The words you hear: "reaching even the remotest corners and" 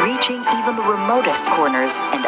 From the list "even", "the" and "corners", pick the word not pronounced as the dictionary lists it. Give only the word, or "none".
none